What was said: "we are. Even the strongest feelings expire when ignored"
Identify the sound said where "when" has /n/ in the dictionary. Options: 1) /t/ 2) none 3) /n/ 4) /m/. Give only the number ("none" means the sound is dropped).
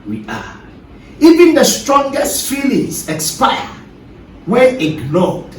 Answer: 2